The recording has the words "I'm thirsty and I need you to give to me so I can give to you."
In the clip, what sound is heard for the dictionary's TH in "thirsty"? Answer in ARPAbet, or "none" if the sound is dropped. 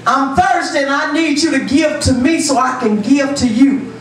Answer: F